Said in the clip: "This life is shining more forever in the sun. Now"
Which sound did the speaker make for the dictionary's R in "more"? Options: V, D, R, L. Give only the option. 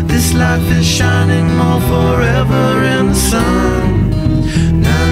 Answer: L